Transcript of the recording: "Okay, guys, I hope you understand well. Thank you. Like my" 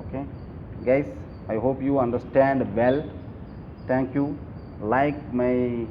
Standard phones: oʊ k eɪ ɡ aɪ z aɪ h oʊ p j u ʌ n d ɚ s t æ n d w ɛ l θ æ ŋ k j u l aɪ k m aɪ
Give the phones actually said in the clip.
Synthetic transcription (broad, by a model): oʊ k eɪ ɡ aɪ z aɪ h oʊ p j u ʌ n d ɚ s t æ n d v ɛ l t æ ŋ k j u l aɪ k m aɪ